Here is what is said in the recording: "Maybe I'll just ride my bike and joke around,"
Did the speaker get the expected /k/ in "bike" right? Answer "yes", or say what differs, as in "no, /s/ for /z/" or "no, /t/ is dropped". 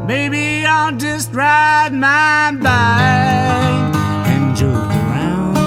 no, /k/ is dropped